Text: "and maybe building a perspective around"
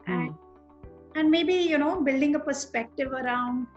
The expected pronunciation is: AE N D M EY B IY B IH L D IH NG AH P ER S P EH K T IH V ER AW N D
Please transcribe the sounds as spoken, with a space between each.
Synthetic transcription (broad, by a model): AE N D M EY B IY B IH L D IH NG AH P ER S P EH K T IH V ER AW N D